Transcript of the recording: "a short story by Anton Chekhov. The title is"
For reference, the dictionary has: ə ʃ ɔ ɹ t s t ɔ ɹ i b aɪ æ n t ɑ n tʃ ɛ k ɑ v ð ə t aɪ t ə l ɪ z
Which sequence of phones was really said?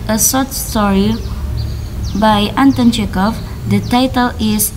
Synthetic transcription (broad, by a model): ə s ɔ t s t ɔ ɹ i b aɪ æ n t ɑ n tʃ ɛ k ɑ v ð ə t aɪ t ə l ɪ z